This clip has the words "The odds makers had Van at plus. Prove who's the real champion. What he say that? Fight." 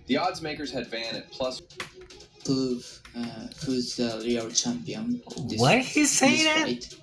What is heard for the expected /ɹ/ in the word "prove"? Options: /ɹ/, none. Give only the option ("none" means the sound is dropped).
none